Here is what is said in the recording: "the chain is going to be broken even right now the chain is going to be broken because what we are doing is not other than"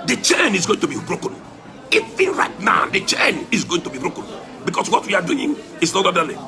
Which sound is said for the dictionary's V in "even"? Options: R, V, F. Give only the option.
F